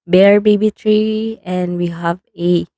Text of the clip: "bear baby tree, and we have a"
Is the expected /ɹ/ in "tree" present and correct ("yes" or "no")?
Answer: yes